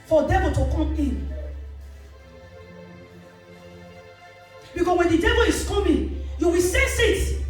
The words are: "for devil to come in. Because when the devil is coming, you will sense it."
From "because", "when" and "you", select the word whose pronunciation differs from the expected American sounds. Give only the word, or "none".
because